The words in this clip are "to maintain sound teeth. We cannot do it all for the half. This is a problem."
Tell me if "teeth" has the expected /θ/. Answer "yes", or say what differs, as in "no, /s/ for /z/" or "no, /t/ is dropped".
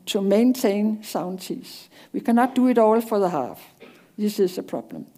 no, /s/ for /θ/